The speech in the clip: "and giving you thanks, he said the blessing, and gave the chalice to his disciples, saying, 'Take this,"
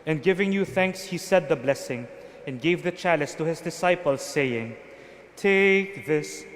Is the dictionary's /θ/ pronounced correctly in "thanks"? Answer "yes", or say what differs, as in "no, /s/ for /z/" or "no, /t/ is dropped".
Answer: yes